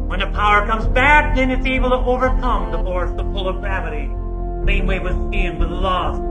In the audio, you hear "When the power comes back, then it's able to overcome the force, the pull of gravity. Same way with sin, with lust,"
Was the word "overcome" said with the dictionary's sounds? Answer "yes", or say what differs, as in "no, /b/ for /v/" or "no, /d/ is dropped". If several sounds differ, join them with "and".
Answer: yes